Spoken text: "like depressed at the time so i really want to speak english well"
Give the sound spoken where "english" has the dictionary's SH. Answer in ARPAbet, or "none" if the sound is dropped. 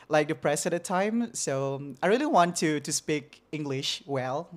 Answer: SH